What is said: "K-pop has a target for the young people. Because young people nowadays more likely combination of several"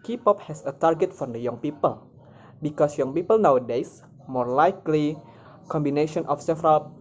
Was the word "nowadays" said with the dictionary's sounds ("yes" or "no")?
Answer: no